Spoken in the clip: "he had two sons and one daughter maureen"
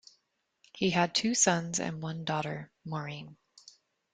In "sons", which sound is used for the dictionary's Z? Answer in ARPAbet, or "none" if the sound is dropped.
Z